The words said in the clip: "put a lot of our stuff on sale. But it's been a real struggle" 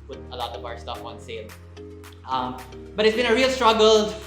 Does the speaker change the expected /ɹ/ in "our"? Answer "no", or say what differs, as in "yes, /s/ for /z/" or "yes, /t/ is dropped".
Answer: no